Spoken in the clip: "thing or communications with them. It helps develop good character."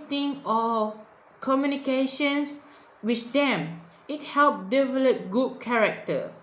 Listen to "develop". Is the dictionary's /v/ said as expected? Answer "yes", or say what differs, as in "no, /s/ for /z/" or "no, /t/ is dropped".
yes